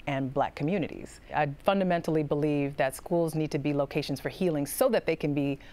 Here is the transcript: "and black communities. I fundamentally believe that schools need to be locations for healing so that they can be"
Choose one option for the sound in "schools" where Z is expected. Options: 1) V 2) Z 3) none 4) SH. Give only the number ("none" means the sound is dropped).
2